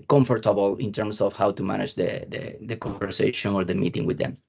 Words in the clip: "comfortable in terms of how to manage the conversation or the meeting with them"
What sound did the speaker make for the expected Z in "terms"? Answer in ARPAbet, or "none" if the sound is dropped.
S